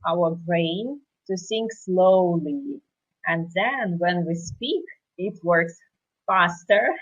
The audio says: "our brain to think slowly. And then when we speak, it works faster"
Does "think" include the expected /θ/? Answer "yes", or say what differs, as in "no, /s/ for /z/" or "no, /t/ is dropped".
no, /s/ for /θ/